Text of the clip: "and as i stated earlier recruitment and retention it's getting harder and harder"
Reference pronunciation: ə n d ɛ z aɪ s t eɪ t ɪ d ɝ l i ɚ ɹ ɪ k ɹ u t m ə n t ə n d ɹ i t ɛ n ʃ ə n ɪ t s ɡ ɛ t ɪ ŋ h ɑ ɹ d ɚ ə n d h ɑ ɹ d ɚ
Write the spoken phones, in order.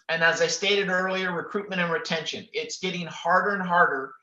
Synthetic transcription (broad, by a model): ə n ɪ z aɪ s t eɪ t ɪ d ɝ l i ɚ ɹ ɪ k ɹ u t m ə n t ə n ɹ i t ɛ n ʃ ə n ɪ t s ɡ ɛ t ɪ ŋ h ɑ ɹ d ɚ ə n h ɑ ɹ d ɚ